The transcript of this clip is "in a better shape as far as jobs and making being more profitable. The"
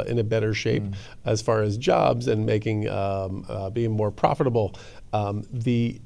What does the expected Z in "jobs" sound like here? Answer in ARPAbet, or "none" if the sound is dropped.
Z